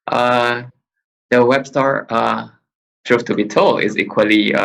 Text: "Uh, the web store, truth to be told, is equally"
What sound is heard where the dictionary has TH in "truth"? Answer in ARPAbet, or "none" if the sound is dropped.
F